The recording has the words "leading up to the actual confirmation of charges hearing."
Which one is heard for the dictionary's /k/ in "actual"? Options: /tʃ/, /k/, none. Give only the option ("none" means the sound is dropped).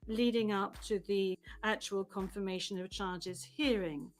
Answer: /k/